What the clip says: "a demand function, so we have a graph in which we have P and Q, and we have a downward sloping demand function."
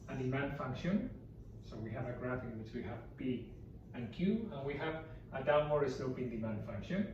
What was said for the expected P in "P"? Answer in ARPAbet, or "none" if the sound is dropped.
B